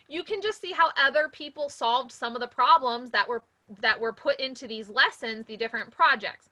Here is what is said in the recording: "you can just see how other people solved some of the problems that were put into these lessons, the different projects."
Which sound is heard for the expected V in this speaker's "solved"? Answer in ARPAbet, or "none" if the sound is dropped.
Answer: V